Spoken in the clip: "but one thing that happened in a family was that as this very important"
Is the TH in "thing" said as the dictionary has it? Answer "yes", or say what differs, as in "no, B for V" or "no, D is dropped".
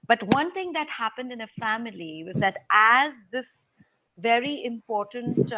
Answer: no, T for TH